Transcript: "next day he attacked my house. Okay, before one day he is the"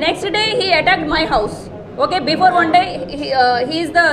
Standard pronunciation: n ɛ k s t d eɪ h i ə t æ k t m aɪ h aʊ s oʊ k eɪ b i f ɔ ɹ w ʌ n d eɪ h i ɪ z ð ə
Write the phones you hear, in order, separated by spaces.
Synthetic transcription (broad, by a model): n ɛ k s t d eɪ h i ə t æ k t m aɪ h aʊ s oʊ k eɪ b i f ɔ ɹ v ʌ n d eɪ h i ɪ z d ə